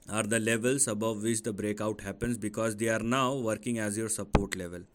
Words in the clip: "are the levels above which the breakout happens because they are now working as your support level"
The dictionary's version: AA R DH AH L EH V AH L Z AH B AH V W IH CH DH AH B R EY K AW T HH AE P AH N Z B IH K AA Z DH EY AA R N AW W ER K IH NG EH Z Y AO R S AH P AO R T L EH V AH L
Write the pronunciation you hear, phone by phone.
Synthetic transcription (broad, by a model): AA R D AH L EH V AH L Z AH B AH V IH CH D AH B R EY K AW T HH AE P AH N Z B IH K AA Z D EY AA R N AW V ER K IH NG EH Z Y AO R S AH P AO R T L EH V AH L